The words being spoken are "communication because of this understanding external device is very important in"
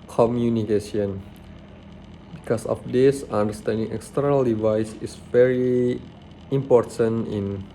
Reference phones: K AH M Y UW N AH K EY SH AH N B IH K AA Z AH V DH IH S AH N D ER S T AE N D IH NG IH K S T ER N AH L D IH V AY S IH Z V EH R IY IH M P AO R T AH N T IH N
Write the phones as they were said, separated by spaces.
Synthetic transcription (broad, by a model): K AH M Y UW N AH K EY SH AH N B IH K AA S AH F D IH S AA N D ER S T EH N D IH NG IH K S T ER N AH L D IH V AY S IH S V EH R IY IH M P AO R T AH N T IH N